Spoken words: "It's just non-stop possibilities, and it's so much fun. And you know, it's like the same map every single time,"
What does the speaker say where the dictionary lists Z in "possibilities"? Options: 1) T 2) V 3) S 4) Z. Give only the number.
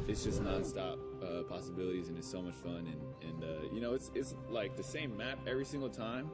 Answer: 4